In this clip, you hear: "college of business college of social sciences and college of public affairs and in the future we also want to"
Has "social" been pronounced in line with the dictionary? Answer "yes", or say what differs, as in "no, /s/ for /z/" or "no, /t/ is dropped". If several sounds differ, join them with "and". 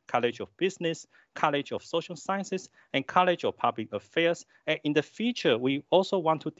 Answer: yes